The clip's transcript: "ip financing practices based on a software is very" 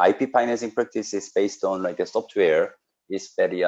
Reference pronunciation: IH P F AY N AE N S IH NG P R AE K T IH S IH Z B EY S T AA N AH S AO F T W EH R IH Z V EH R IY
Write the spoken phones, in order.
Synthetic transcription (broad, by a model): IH P P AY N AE S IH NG P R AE K T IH S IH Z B EY S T AA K AH S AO P T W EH R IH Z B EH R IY